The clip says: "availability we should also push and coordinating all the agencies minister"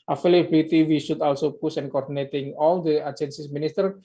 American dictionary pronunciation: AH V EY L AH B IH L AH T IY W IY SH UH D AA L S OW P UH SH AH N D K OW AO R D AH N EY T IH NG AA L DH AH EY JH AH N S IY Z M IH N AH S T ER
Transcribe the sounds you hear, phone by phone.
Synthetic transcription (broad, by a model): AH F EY L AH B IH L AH T IY W IY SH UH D AA L S OW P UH S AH N K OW AO R D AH N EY T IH NG AA L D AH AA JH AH N S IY S M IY N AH S T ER